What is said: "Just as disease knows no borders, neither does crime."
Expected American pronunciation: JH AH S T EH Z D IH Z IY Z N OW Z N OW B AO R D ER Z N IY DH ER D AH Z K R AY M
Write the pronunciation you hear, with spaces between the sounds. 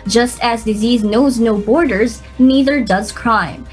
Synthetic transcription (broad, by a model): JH AH S T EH Z D IH Z IY Z N OW Z N OW B AO R D ER Z N IY DH ER D AH Z K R AY M